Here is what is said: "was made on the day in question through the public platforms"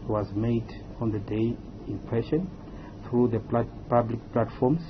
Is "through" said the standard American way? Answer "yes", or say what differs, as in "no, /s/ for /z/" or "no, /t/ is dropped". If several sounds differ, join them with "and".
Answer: yes